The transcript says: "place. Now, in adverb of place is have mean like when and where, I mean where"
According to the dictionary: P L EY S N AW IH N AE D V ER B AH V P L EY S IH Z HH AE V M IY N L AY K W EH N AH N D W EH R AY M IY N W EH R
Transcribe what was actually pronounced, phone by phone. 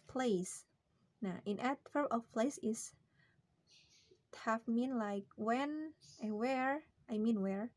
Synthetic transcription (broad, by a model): P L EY S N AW IH N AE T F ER AH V P L EY S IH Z HH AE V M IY N L AY K W EH N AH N W EH R AY M IY N W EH R